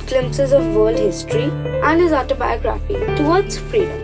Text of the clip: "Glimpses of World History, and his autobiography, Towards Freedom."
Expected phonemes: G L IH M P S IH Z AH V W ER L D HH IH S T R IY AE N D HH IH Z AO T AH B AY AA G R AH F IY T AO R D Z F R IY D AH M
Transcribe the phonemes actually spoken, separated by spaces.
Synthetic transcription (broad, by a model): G L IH M P S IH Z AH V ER L D HH IH S T R IY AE N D HH IH Z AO T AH B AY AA G R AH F IY T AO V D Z F R IY D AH M